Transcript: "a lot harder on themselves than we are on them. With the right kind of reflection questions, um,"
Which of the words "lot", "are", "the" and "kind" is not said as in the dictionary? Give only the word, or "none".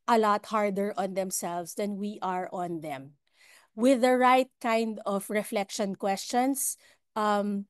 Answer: none